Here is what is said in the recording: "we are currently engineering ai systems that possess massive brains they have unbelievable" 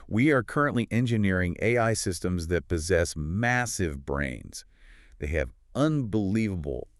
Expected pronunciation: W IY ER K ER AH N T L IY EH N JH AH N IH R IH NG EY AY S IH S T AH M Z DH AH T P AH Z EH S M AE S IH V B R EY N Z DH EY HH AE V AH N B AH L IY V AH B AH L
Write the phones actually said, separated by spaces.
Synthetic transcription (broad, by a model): W IY ER K ER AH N T L IY EH N JH AH N IH R IH NG EY AY S IH S T AH M Z DH AH T P AH Z EH S M AE S IH V B R EY N Z DH EY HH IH V AH N B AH L IY V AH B L